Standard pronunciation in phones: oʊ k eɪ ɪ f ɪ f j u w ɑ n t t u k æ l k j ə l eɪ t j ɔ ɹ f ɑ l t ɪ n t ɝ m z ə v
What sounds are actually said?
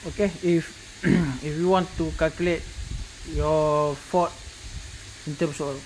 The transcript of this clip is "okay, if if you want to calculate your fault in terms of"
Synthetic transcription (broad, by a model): oʊ k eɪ ɪ f ɪ f j u w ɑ n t t u k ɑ l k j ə l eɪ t j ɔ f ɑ t ɪ n t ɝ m s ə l